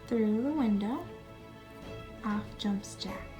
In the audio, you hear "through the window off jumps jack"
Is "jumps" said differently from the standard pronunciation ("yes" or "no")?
no